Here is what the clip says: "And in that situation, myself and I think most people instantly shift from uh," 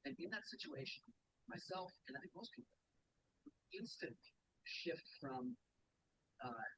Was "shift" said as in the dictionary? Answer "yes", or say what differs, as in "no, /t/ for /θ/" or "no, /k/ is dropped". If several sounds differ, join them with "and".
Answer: yes